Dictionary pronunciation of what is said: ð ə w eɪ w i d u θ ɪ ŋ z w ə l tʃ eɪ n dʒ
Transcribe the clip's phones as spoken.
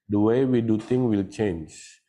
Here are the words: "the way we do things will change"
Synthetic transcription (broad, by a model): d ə w eɪ w i d u t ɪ ŋ w ə l tʃ eɪ n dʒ